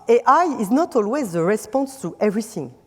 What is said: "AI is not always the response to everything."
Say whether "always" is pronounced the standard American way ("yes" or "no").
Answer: yes